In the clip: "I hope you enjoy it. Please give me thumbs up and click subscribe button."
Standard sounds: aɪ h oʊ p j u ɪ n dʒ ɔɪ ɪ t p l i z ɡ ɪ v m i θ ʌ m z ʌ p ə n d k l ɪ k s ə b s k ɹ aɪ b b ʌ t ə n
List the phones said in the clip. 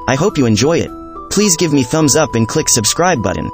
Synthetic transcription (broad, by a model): aɪ h oʊ p j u ɪ n dʒ ɔɪ ɪ t p l i z ɡ ɪ v m i θ ʌ m z ʌ p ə n k l ɪ k s ə b s k ɹ aɪ b b ʌ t n